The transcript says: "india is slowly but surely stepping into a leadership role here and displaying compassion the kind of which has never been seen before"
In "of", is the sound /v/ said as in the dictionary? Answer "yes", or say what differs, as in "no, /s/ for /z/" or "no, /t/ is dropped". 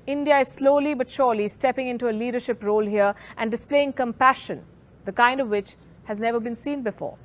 yes